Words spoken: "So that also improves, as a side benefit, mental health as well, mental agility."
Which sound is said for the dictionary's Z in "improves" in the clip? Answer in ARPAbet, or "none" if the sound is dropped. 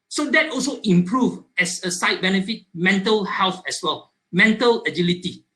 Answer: none